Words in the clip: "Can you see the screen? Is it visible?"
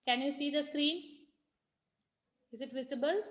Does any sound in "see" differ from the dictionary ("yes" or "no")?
no